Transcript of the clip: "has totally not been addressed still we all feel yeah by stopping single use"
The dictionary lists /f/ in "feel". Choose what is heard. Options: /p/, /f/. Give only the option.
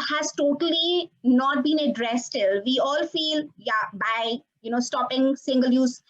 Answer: /f/